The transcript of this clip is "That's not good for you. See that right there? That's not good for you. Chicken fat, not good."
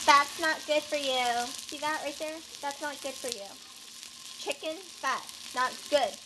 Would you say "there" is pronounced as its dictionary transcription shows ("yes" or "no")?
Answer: yes